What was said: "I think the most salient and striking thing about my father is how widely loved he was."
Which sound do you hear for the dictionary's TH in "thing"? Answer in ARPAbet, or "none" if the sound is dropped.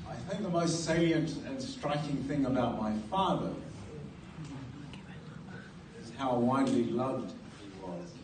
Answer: TH